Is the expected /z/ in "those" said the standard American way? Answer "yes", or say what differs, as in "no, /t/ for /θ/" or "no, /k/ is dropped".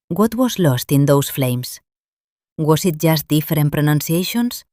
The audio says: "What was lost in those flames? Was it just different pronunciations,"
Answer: no, /s/ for /z/